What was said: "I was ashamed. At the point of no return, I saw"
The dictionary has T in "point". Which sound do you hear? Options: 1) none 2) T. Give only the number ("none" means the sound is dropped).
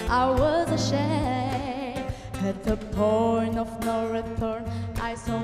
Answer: 1